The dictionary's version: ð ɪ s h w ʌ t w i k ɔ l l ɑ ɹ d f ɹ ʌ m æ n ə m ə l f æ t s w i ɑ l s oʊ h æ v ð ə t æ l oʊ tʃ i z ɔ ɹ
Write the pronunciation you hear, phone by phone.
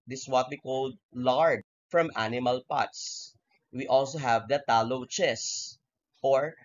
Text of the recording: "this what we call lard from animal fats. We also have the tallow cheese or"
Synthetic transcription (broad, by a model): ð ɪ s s w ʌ t w i k ɔ l l ɑ ɹ d f ɹ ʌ m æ n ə m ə l p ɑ t s w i ɑ l s oʊ h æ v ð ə t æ l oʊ tʃ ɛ s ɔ ɹ